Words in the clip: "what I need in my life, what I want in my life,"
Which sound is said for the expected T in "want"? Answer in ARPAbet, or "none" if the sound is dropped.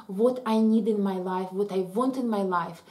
T